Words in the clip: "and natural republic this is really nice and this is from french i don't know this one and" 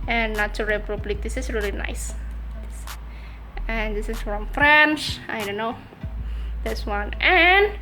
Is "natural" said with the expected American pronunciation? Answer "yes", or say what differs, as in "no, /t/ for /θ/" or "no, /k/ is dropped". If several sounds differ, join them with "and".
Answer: no, /tʃ/ is dropped